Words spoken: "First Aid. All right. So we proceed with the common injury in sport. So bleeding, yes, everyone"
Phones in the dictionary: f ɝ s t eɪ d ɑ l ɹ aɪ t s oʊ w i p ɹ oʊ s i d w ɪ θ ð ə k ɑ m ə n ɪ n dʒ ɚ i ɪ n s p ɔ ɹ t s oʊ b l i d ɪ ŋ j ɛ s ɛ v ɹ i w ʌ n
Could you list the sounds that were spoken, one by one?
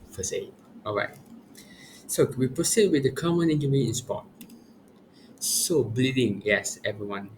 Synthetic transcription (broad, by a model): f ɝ s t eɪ ɑ l ɹ aɪ t s oʊ w i p ɹ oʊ s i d w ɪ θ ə k ɑ m ə n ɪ n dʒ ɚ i ɪ n s p ɔ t s oʊ b l i d ɪ ŋ j ɛ s ɛ v ɹ i w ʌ n